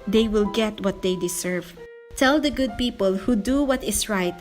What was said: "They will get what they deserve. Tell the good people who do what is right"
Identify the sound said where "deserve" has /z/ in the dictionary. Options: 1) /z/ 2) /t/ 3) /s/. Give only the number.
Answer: 3